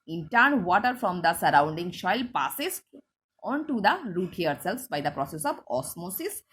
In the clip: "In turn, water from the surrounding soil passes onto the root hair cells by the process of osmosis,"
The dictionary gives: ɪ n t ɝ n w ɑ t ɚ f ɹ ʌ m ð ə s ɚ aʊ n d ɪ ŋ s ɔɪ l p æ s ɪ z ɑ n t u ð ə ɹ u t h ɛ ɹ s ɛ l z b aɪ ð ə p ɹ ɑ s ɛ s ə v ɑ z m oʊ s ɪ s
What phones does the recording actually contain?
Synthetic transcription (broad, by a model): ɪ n t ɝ n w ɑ t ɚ f ɹ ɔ m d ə s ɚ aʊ n d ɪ ŋ ʃ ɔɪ l p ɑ s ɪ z ɑ n t u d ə ɹ u t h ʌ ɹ s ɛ l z b aɪ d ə p ɹ ɑ s ɛ s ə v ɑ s m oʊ s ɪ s